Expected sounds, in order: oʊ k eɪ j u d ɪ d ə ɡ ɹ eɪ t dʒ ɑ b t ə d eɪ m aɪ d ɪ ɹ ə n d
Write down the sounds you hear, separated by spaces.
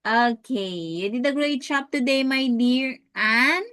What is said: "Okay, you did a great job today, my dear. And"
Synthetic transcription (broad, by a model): oʊ k eɪ j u d ɪ d ə ɡ ɹ eɪ t tʃ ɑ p t ə d eɪ m aɪ d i ɹ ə n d